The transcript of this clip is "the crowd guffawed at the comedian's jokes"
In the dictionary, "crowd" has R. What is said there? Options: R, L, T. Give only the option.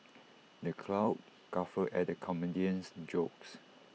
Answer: L